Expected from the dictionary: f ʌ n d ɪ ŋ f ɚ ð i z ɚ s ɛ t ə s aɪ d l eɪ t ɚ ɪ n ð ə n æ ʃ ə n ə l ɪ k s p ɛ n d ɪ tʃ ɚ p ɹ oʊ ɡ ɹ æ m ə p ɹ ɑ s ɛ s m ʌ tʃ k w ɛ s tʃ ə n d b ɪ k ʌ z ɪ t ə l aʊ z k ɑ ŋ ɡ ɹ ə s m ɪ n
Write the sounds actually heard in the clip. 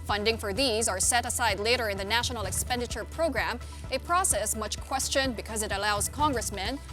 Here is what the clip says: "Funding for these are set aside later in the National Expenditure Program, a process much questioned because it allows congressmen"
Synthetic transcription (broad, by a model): f ʌ n d ɪ ŋ f ɚ ð i z ɚ s ɛ t ə s aɪ d l eɪ t ɚ ɪ n ð ə n æ ʃ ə n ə l ɪ k s p ɛ n d ɪ tʃ ɚ p ɹ oʊ ɡ ɹ æ m ə p ɹ ɑ s ɛ s m ʌ tʃ k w ɛ s tʃ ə n b ɪ k ʌ z ɪ t ə l aʊ z k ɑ ŋ ɡ ɹ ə s m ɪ n